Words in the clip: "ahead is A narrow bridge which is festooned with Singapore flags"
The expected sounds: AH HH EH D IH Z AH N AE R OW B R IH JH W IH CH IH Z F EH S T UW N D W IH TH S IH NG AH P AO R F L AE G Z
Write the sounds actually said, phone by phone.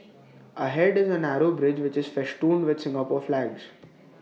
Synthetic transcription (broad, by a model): AH HH EH D IH Z AH N AE R OW B R IH JH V IH CH IH Z F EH SH T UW N D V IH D S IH NG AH P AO R F L AE G Z